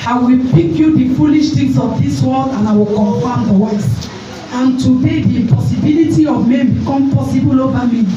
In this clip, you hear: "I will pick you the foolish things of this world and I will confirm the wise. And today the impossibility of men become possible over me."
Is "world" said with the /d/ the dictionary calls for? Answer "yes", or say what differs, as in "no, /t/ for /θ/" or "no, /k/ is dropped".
no, /d/ is dropped